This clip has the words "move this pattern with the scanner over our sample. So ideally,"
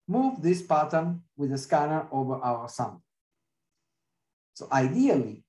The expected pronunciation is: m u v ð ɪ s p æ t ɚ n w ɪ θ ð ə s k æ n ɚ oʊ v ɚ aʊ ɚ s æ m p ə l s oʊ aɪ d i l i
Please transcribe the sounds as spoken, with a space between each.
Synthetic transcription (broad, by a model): m u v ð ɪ s p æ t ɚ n w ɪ ð ə s k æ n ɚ oʊ v ɚ aʊ ɚ s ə n s oʊ aɪ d i l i